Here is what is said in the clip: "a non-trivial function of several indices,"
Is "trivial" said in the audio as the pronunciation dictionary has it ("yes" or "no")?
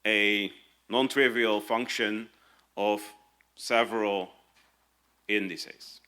yes